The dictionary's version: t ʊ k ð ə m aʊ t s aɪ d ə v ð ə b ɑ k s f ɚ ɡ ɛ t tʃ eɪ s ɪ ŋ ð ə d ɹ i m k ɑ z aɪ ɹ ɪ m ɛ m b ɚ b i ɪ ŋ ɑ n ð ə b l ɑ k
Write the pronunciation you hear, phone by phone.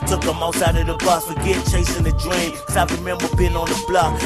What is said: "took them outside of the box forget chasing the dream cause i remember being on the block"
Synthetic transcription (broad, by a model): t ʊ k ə m aʊ t s aɪ d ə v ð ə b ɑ s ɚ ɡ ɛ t tʃ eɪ s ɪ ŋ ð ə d ɹ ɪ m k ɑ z aɪ ɹ ɪ m ɛ m b ɚ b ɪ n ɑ n ð ə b l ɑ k